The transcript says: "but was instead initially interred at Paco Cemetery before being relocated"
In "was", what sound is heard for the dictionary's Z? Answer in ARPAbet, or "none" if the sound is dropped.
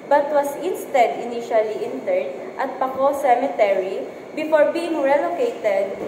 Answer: S